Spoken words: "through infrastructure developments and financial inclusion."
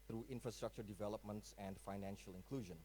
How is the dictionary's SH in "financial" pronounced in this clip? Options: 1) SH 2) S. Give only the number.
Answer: 1